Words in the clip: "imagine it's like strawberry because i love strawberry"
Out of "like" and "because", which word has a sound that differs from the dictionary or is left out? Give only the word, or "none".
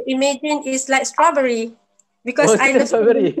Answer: because